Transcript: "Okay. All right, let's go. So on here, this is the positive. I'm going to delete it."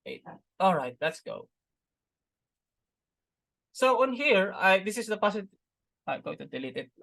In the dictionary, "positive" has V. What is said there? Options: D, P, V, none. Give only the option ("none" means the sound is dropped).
none